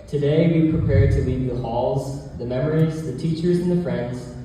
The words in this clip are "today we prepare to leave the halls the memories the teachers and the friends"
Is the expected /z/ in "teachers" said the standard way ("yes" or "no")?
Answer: yes